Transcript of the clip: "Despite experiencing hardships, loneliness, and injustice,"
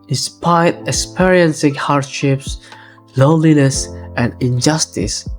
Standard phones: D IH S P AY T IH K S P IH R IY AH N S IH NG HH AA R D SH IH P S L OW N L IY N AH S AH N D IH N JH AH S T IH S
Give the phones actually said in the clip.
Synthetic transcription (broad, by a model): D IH S P AY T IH K S P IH R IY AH N S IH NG HH AA R D SH IH P S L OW N L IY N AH S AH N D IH N JH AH S T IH S